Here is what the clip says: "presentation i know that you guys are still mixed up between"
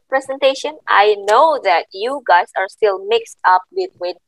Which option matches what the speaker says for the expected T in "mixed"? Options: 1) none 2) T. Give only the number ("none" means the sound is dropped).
2